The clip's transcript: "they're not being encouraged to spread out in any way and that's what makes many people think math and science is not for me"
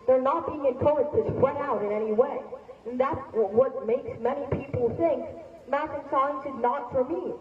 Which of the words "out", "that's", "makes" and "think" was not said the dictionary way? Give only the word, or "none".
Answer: none